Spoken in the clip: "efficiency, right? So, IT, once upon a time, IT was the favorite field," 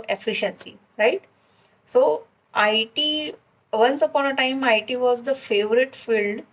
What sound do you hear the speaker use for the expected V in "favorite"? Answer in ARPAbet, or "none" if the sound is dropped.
V